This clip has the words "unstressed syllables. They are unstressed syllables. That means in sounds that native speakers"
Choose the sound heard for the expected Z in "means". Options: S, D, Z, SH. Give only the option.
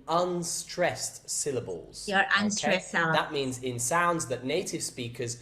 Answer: Z